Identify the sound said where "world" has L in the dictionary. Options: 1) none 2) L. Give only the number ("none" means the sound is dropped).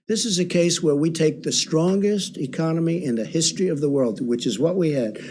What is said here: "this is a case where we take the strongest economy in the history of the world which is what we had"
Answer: 2